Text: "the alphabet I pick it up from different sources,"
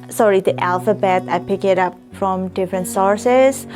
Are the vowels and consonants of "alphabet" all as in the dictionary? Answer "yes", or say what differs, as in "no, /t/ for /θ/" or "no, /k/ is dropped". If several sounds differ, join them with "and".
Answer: yes